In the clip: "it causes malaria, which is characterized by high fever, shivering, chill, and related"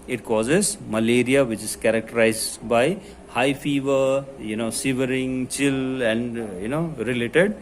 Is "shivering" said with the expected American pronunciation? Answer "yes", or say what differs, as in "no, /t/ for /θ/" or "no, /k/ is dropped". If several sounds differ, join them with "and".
no, /s/ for /ʃ/